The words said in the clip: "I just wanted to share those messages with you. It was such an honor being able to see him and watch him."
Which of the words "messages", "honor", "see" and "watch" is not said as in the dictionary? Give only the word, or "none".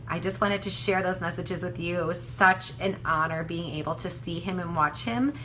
none